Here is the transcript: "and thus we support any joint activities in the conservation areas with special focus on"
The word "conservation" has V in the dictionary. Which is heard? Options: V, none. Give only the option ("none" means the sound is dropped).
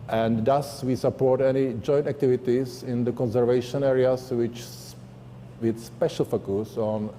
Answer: V